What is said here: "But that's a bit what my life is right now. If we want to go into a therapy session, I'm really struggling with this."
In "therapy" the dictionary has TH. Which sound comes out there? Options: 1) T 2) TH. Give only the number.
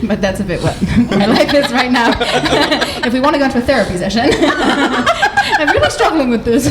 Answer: 2